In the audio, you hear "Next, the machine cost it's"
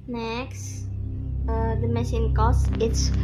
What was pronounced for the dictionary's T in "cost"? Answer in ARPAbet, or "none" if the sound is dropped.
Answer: none